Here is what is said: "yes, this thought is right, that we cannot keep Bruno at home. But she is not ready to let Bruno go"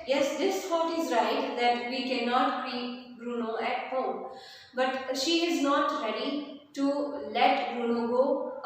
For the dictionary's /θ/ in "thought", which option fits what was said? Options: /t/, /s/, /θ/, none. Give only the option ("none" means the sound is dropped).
/t/